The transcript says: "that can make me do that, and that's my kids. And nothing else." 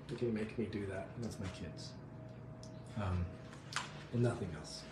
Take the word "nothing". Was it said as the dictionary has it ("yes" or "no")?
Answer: yes